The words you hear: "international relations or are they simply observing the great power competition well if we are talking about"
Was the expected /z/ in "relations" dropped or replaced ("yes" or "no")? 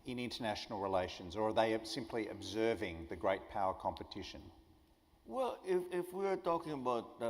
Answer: no